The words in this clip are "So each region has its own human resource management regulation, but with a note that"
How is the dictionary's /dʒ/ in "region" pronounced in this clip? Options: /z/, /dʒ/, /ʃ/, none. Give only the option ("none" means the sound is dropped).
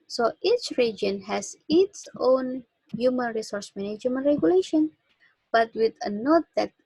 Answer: /dʒ/